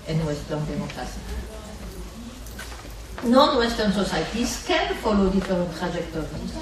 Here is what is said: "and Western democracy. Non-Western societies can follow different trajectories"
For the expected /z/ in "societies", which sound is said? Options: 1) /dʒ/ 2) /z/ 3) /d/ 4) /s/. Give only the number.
4